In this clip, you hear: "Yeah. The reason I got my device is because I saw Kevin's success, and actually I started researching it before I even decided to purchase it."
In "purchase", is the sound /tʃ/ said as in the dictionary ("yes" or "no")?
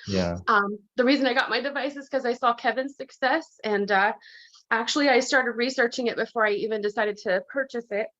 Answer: yes